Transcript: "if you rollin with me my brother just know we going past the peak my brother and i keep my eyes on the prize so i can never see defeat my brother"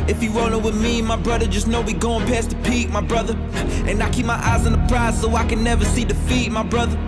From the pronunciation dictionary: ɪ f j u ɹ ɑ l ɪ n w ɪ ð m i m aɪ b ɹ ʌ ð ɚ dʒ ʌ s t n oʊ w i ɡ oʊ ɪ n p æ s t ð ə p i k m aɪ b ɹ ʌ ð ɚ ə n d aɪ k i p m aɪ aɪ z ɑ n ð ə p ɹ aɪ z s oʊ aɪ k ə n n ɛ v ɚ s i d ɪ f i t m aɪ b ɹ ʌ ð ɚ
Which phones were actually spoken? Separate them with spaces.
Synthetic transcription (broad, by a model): ɪ f j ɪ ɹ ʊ n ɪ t w ɪ ð m i m aɪ b ɹ ʌ ð ɚ dʒ ʌ s n oʊ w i ɡ oʊ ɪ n p æ s t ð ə p i k m aɪ b ɹ ʌ ð ɚ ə n aɪ k i p m aɪ aɪ z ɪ n ð ə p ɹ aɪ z s oʊ aɪ k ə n n ɛ v ɚ s i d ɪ f i t m aɪ b ɹ ʌ ð ɚ